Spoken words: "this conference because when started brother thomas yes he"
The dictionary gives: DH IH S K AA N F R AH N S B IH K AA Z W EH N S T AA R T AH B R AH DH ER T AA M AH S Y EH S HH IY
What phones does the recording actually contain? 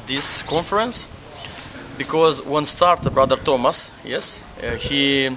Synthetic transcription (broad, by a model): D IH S K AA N F R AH N S B IH K AA Z W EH N S T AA R T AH B R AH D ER T AA M AH S Y EH S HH IY